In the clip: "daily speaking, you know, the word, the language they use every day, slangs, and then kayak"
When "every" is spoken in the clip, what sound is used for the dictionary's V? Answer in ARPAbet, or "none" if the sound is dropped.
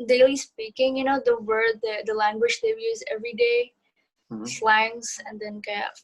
V